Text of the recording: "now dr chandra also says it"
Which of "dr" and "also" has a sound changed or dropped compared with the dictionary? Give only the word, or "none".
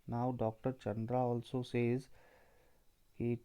none